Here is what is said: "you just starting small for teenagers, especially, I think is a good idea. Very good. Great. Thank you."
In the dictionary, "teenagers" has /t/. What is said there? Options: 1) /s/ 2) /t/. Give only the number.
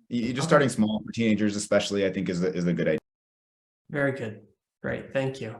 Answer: 2